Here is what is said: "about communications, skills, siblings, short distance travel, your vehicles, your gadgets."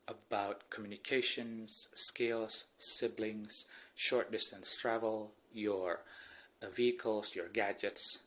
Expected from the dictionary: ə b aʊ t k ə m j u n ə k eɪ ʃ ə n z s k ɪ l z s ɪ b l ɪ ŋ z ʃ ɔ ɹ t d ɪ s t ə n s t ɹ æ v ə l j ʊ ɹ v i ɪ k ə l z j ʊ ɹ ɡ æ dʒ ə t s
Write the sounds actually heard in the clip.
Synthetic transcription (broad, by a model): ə b aʊ t k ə m j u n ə k eɪ ʃ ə n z s k ɪ l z s ɪ b l ɪ ŋ z ʃ ɔ ɹ t d ɪ s t ə n s t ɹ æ v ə l j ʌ ɹ v i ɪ k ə l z j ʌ ɹ ɡ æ dʒ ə t s